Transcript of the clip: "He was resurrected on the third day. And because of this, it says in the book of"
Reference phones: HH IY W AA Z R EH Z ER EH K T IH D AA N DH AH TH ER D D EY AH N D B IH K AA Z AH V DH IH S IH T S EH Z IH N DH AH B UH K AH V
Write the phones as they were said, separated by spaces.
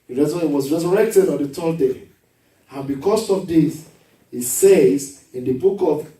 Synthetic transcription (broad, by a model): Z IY W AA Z R EH Z ER EH K T IH D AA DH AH T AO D D EY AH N B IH K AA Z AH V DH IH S IH T S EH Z IH N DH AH B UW K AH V